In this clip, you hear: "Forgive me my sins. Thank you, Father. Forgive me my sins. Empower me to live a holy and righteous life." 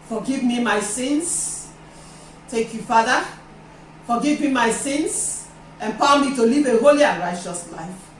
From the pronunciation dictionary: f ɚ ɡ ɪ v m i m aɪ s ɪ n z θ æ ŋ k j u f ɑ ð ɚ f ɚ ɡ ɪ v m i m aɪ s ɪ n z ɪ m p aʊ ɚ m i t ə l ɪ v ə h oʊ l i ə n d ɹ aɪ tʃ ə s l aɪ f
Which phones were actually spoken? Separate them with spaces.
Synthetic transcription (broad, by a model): f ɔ ɡ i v m i m aɪ s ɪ n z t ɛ k j u f ɑ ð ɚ f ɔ ɡ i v m i m aɪ s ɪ n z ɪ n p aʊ m i t ə l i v ə h oʊ l i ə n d ɹ aɪ tʃ ə s l aɪ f